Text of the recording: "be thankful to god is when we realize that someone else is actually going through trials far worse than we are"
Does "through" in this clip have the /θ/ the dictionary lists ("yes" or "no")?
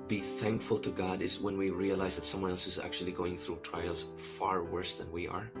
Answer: yes